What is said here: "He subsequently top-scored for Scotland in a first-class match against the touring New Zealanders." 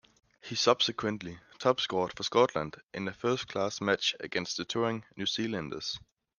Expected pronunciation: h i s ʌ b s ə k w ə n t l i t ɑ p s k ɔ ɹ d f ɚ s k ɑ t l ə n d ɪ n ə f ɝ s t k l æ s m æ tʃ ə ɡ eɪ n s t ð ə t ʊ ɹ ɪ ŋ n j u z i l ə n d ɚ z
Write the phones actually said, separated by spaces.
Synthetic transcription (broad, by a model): h i s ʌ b s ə k w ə n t l i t ɑ b s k ɔ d f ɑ s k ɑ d l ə n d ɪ n ə f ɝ s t k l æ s m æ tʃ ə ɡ eɪ n s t ð ə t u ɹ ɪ ŋ n j u s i l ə n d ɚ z